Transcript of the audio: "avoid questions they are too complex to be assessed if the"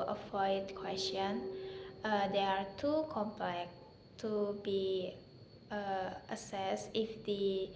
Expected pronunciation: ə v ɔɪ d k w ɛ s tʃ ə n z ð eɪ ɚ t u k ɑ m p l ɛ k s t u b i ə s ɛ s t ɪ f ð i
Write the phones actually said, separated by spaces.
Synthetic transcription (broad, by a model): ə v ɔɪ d k w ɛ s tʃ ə n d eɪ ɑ t u k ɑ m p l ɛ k t u b i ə s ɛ s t ɪ f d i